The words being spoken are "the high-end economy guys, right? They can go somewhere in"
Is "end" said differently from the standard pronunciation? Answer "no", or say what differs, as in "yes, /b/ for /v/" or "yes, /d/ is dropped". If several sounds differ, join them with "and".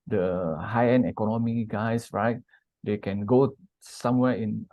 yes, /d/ is dropped